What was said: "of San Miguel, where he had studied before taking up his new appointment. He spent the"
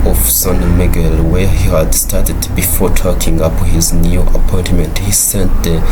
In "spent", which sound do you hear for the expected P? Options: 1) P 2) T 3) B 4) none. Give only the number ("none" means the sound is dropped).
4